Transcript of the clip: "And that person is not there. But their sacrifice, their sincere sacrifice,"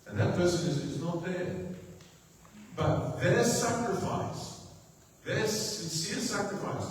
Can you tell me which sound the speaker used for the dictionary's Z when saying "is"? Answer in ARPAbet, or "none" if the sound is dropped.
Z